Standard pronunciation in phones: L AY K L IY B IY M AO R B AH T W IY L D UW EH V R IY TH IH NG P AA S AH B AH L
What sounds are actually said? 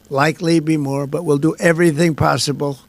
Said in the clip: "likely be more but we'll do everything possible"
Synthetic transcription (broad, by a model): L AY K L IY B IY M AO R B AH T W IY L D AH EH V R IY TH IH NG P AA S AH B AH L